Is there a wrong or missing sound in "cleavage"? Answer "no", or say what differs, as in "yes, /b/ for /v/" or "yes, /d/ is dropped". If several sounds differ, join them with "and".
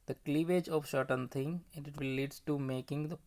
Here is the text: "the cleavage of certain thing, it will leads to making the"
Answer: no